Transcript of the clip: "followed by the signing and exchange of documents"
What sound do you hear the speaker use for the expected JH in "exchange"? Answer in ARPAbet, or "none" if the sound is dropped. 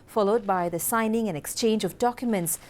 JH